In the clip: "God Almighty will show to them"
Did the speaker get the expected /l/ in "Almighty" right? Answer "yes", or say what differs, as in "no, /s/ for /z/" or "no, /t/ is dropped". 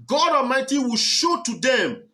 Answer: no, /l/ is dropped